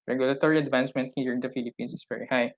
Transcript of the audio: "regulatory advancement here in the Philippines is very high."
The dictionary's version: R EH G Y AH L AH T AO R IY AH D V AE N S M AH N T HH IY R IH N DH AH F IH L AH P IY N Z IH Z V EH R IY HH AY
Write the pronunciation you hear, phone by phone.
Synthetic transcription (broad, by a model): R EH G Y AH L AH T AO R IY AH D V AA N S M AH N T HH IY R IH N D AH F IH L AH P IY N S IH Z V EH R IY HH AY